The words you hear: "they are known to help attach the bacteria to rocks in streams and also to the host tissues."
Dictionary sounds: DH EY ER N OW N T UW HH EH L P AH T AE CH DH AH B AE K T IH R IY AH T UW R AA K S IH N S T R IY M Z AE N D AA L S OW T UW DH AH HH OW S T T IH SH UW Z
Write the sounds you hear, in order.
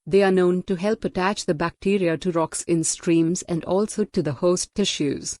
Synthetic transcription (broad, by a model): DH EY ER N OW N T UW HH EH L P AH T AE CH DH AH B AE K T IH R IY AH T UW R AA K S IH N S T R IY M Z AE N D AA L S OW T UW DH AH HH OW S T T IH SH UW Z